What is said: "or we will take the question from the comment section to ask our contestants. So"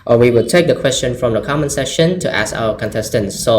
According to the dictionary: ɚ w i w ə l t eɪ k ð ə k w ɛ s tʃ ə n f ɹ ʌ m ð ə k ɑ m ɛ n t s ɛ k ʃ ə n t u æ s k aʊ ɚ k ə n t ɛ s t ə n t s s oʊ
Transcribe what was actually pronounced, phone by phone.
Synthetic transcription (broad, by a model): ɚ w i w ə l t eɪ k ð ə k w ɛ s tʃ ə n f ɹ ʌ m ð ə k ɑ m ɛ n s ɛ ʃ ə n t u æ s k aʊ ɚ k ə n t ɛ s t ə n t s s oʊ